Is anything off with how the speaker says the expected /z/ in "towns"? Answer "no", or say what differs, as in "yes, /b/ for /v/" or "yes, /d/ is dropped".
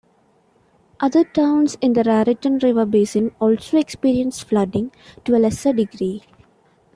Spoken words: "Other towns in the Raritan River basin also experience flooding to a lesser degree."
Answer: yes, /s/ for /z/